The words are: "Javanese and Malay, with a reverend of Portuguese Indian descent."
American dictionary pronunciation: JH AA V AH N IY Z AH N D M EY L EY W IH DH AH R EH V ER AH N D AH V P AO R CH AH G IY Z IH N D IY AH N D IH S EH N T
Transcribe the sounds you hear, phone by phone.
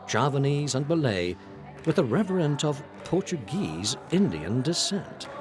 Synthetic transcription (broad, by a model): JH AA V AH N IY Z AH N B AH L EY W IH DH AH R EH V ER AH N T AH V P AO R CH AH G IY Z IH N D IY AH N D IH S EH N T